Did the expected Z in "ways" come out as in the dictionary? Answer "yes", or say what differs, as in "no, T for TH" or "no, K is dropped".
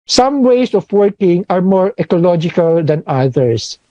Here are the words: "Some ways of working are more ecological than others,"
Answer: no, S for Z